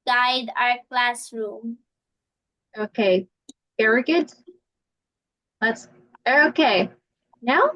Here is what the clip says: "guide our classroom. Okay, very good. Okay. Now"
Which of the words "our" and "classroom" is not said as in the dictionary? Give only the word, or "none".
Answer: none